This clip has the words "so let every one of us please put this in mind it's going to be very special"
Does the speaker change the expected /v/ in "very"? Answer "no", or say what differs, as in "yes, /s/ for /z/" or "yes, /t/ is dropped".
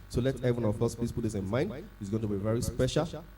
no